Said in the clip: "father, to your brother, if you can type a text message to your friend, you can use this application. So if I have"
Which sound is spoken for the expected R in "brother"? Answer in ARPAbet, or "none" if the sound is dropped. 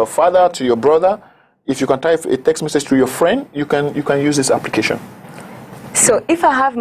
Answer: R